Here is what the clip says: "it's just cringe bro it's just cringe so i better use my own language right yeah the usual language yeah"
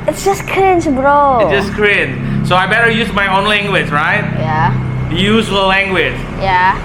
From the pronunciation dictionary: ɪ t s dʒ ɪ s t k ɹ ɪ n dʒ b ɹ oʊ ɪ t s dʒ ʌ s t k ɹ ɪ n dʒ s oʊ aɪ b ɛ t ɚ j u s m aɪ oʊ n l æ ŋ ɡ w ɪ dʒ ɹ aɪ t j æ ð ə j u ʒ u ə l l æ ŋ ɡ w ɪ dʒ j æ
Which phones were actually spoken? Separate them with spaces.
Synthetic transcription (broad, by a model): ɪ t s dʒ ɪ s k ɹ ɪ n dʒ b ɹ oʊ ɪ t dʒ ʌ s k ɹ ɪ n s s oʊ aɪ b ɛ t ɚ j u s m aɪ oʊ n l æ ŋ ɡ w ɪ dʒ ɹ aɪ t j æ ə j u z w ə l l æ ŋ ɡ w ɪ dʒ j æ